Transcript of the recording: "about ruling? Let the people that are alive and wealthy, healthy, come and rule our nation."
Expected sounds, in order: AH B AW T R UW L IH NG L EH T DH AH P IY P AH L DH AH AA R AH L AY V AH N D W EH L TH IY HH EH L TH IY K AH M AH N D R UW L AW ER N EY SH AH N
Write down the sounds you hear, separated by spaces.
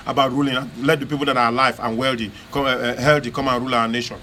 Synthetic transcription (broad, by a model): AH B AW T R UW L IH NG L EH T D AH P IY P AH L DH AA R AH L AY F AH N W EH L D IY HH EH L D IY K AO M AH N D R UW L AW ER N EY SH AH N